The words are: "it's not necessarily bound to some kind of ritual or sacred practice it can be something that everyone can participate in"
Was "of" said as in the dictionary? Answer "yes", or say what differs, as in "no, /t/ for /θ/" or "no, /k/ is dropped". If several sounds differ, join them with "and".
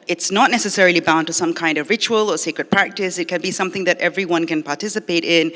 yes